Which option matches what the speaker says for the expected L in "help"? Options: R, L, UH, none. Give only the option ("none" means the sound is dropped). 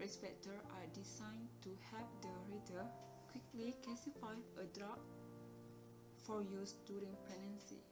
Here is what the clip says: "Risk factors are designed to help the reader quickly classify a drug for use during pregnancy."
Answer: none